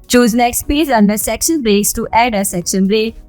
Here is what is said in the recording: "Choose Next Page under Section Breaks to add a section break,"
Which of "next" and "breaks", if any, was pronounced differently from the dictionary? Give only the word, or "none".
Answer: none